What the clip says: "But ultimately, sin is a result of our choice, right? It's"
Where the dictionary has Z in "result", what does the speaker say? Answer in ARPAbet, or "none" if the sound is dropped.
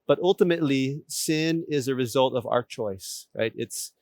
Z